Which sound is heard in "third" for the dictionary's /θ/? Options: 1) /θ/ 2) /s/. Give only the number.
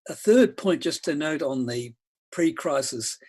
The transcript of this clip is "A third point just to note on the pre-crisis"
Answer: 1